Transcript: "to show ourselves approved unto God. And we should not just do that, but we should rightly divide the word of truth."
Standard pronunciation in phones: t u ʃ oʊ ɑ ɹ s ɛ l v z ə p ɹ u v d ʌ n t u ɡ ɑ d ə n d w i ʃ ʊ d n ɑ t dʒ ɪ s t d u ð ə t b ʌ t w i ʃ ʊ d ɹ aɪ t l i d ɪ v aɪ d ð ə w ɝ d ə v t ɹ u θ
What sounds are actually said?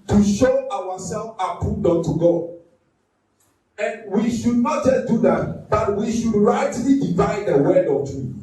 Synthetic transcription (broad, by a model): t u ʃ oʊ ɑ w s ɛ l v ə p u d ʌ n t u ɡ ɑ d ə n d w i ʃ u d n ɑ t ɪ d u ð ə t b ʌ t w i ʃ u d ɹ aɪ t l i d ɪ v aɪ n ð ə w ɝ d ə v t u